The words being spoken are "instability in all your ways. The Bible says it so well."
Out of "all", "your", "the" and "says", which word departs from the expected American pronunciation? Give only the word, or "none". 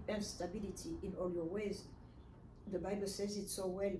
none